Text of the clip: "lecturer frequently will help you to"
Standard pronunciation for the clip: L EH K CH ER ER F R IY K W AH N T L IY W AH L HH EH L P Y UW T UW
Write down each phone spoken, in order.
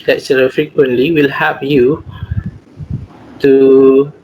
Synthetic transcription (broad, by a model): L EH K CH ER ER F R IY K W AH N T L IY W AH L HH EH P Y UW T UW